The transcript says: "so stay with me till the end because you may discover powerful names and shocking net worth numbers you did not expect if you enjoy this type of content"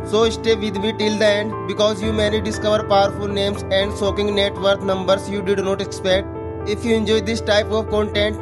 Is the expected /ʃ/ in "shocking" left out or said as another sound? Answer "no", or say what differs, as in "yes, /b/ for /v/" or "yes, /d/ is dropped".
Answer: yes, /s/ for /ʃ/